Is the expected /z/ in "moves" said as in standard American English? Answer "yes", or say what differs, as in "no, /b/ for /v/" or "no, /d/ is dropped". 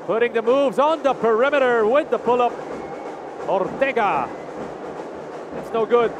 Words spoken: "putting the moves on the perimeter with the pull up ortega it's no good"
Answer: yes